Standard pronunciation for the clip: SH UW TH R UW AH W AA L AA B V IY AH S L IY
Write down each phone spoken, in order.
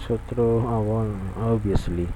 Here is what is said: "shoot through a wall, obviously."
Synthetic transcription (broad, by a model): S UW T R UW AH W AA L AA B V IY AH S L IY